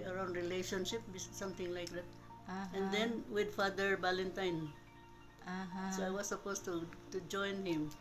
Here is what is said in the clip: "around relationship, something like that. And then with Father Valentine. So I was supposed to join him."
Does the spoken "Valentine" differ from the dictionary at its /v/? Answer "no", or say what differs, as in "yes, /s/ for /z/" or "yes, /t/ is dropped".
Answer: yes, /b/ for /v/